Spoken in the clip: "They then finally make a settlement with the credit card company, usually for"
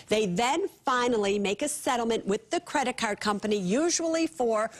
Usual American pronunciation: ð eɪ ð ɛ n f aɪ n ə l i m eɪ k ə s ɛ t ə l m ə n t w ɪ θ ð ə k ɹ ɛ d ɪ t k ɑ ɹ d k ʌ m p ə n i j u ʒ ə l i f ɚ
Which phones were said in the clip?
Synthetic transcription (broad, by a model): ð eɪ ð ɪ n f aɪ n l i m eɪ k ə s ɛ t l m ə n t w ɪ ð ə k ɹ ɛ d ɪ t k ɑ ɹ d k ʌ m p ə n i j u ʒ ə l i f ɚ